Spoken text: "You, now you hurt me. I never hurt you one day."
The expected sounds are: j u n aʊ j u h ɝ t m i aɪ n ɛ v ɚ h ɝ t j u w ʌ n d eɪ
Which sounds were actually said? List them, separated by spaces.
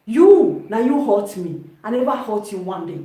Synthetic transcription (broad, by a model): j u n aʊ j u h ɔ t m i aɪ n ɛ b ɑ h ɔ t j u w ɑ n d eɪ